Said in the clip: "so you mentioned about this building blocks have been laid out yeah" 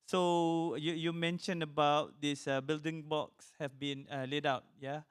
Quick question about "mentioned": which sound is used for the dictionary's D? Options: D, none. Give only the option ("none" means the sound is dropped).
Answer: none